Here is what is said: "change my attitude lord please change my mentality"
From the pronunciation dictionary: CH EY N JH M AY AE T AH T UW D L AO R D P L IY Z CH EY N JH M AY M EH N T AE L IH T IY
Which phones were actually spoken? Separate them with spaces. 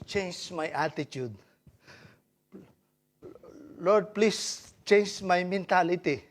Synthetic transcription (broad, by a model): CH EY N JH M AY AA T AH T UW D L AO R D P L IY S CH EY N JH M AY M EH N T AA L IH T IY